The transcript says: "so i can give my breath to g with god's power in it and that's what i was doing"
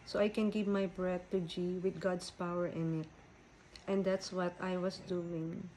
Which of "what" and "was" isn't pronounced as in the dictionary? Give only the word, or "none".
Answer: was